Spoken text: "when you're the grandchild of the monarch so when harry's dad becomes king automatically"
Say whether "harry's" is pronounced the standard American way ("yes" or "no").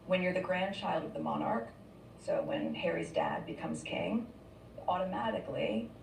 yes